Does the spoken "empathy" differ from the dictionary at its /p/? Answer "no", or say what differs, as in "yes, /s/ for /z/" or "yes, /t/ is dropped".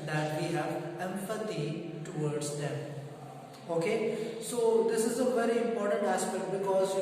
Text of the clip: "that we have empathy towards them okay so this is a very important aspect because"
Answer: yes, /f/ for /p/